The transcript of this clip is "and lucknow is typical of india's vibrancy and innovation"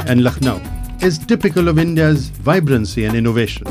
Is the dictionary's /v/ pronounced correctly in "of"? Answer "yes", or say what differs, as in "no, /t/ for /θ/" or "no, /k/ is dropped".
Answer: yes